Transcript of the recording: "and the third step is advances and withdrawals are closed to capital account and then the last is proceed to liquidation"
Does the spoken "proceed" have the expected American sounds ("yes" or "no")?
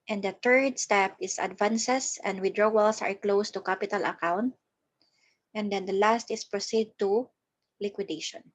yes